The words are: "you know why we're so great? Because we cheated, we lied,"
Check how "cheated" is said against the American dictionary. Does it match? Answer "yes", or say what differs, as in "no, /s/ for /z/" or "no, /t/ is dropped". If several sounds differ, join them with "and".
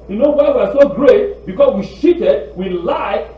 no, /ʃ/ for /tʃ/